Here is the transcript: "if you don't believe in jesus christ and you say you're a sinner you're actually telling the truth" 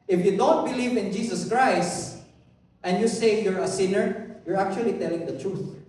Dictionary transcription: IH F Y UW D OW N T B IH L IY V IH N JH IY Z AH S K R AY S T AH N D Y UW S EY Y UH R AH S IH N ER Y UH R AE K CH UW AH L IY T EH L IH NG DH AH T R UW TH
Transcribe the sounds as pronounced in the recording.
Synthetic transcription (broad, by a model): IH F Y UW D OW N T B IH L IY V IH N JH IY S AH S K R AY S T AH N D Y UW S EY Y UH R AH S IH N ER Y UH R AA K CH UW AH L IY T EH L IH NG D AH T R UW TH